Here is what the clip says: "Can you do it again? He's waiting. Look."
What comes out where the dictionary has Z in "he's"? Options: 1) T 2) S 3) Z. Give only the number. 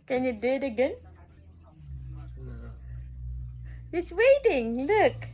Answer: 2